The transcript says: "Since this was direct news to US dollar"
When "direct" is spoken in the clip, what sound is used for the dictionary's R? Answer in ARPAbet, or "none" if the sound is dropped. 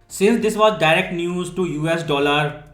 R